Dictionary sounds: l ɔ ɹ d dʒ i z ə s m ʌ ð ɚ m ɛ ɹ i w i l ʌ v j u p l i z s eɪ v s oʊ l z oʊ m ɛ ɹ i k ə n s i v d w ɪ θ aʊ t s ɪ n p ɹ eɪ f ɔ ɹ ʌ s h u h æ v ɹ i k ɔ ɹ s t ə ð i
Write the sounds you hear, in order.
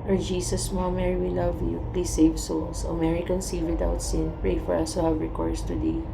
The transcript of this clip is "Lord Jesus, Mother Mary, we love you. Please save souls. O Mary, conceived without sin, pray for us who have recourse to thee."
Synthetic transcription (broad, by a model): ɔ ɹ dʒ i s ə s m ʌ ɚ m ɛ ɹ i w i l ʌ v j u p l i s eɪ v s oʊ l s oʊ m ɛ ɹ i k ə n s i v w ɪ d aʊ t s ɪ n p ɹ eɪ f ɔ ɹ ʌ s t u h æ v ɹ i k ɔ ɹ s t ə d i